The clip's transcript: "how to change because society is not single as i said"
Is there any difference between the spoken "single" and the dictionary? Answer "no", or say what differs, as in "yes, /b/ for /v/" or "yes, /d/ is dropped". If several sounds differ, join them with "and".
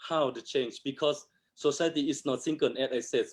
yes, /n/ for /l/